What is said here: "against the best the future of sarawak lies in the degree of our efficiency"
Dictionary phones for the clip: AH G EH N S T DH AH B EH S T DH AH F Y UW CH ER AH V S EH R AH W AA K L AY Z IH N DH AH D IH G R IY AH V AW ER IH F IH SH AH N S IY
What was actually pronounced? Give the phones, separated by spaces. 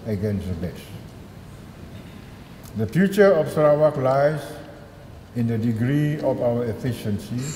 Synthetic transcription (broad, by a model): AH G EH N S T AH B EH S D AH F Y UW CH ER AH F S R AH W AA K L AY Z IH N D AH D IH G R IY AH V AW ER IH F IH SH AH N S IY